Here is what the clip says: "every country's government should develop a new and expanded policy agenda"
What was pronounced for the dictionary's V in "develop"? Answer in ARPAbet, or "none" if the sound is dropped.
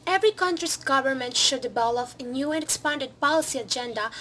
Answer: B